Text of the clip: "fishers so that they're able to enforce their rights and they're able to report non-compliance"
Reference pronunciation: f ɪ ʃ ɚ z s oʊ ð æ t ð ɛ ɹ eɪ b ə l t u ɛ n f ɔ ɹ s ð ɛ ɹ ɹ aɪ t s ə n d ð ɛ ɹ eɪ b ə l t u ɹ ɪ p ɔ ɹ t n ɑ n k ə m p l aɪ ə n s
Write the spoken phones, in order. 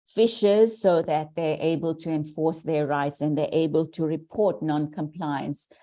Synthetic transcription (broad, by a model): f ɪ ʃ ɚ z s oʊ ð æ t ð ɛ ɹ eɪ b ə l t u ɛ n f ɔ ɹ s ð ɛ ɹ ɹ aɪ t s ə n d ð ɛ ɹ eɪ b ə l t u ɹ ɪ p ɔ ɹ t n ɑ n k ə m p l aɪ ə n s